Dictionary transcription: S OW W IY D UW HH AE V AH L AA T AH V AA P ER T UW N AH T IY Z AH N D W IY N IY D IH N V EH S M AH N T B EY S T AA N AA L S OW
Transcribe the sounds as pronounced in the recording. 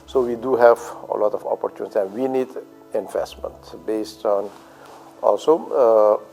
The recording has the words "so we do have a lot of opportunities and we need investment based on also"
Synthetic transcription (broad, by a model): S OW W IY D UW HH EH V AH L AA T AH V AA P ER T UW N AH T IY AH N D W IY N IY D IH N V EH S M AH N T B EY S T AA N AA L S OW